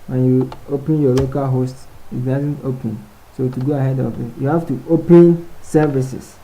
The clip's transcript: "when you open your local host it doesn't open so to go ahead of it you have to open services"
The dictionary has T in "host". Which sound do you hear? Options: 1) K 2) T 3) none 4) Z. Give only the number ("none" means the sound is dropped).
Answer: 2